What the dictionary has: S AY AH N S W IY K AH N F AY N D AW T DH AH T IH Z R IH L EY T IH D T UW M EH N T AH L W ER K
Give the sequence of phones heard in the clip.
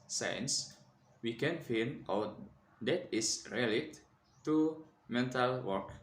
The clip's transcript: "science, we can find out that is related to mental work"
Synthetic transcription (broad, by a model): S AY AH N S W IY K AH N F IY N AW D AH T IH S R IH L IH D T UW M EH N T AH L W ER K